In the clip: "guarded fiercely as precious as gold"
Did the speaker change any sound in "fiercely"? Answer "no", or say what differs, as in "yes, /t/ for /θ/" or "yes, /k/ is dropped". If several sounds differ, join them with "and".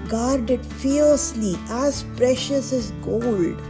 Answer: yes, /n/ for /l/